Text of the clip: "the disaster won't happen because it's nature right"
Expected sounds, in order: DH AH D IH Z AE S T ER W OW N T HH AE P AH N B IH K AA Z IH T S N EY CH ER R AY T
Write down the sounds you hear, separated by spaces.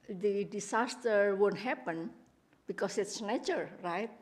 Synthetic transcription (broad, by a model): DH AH D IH S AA S T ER W OW N T HH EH P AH N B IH K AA S IH T S N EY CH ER R AY T